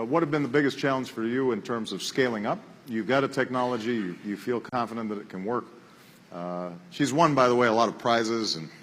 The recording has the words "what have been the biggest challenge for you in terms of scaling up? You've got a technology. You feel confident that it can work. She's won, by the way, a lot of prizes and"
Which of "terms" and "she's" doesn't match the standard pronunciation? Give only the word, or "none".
none